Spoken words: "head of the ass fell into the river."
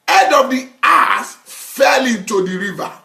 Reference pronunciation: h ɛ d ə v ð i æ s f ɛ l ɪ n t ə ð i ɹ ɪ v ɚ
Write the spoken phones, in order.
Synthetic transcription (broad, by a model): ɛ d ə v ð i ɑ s f ɛ l ɪ n t ə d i ɹ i v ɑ